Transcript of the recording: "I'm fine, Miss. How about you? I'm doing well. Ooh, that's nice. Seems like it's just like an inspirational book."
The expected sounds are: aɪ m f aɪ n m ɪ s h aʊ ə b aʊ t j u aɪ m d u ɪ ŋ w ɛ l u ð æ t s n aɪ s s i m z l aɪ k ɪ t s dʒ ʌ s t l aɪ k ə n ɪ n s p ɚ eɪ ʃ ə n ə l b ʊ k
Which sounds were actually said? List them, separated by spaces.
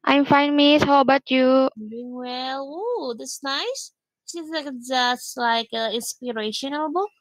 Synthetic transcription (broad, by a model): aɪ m f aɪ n m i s h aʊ ə b aʊ t j u d u ɪ ŋ w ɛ l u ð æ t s n aɪ s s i z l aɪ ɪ dʒ ʌ s t l aɪ k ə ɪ n s p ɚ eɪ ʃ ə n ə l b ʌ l